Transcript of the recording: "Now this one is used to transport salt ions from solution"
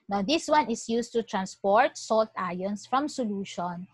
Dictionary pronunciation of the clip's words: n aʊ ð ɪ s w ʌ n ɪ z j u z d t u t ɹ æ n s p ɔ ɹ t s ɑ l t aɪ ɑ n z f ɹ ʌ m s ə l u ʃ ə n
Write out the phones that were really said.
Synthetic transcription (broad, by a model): n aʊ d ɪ s w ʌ n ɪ s j u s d t u t ɹ æ n s p ɔ ɹ t s ɑ l t aɪ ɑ n s f ɹ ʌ m s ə l u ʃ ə n